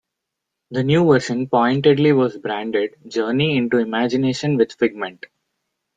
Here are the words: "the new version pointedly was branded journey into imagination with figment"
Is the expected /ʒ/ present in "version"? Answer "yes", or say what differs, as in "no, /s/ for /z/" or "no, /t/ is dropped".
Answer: no, /ʃ/ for /ʒ/